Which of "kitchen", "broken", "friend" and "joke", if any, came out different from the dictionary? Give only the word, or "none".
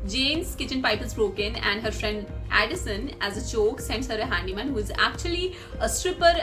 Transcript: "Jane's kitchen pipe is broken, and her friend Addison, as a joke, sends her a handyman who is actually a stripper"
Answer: joke